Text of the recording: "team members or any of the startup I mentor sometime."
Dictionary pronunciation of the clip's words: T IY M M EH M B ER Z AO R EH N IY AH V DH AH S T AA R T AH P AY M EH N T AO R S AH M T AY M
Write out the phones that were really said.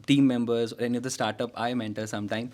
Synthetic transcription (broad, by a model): T IY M M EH M B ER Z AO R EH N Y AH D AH S T AA R T AH P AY M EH N T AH L S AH M T AY M